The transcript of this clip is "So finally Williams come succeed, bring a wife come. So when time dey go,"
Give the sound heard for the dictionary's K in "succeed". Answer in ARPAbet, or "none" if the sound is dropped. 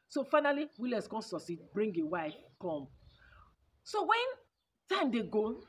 none